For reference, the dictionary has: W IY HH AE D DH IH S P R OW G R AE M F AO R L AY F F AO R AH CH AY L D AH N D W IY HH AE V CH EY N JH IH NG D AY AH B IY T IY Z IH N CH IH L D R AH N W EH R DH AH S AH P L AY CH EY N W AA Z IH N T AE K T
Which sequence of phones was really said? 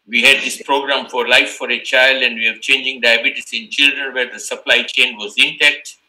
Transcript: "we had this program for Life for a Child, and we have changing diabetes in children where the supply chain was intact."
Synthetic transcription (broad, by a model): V IY HH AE D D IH S P R OW G R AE M F AO R L AY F F AO R AH CH AY L D AH N D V IY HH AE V CH EY N JH IH NG D AY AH B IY T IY S IH N CH IH L D R AH N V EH R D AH S AH P L AY CH EY N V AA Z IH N T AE K T